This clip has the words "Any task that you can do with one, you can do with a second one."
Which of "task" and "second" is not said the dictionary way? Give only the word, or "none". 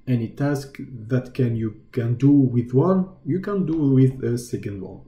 none